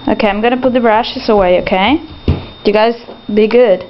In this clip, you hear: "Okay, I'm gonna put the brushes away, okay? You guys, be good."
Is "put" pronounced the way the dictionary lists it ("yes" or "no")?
yes